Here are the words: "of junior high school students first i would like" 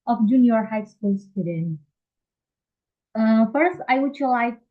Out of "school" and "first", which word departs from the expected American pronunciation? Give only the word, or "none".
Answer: none